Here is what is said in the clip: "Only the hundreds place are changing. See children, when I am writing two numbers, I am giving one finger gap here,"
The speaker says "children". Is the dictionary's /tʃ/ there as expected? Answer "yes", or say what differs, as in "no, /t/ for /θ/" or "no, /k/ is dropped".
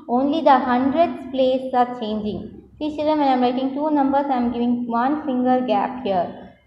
no, /s/ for /tʃ/